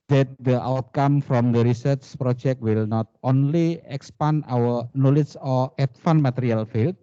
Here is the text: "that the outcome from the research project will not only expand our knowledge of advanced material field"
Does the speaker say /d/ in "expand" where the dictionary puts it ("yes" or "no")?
no